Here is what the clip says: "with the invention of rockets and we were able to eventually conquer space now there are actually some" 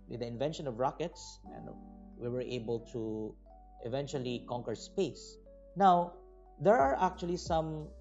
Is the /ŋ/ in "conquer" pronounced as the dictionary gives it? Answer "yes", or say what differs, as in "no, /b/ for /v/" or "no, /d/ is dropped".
yes